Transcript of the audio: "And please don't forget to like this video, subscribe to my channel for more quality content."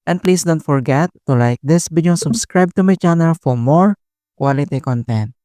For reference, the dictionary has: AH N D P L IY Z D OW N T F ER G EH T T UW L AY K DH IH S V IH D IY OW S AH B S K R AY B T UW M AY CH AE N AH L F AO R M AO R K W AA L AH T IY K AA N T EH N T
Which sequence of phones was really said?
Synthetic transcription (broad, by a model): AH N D P L IY S D OW N T F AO G EH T T UW L AY K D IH S B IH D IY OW S AH B S K R AY B T UW M AY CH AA N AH L F AO R M AO R K W AA L AH T IY K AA N T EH N T